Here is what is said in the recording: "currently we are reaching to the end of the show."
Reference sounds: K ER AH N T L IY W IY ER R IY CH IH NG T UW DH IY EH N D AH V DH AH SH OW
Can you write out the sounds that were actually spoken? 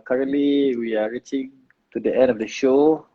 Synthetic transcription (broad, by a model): K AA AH N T L IY W IY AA R IY CH IH NG T UW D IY EH N D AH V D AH SH OW